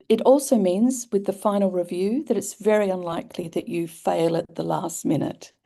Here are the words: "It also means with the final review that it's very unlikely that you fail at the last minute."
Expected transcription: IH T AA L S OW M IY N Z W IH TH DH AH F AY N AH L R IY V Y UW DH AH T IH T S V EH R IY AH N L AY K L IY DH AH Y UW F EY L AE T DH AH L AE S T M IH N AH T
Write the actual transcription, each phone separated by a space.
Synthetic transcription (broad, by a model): IH T AA L S OW M IY N Z W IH DH AH F AY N L R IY V Y UW DH AH T IH T S V EH R IY AH N L AY K L IY DH AH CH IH F EY L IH T DH AH L AE S T M IH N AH T